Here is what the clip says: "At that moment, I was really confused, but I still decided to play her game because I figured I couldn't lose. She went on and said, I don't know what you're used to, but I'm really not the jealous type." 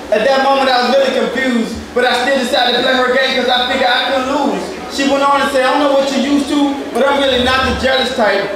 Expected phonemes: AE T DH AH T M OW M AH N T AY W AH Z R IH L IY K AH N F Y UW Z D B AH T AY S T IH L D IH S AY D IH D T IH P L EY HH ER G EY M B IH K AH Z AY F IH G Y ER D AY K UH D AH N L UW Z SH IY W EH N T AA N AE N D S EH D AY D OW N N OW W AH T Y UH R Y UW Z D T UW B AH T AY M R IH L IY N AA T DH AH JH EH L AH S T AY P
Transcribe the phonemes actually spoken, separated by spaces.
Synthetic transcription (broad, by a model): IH T DH AH T M OW M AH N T AY W AH Z R IH L IY K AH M F Y UW Z D B AH T AY S T IH L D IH S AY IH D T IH P L EY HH ER G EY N K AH Z AY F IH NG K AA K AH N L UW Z SH IY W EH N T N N S EH IH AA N N OW W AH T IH Y UW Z T UW B AH T AY M R IH L IY N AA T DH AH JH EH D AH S T AY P